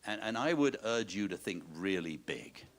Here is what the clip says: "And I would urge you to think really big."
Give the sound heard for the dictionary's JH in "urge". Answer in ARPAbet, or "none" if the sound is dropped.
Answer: JH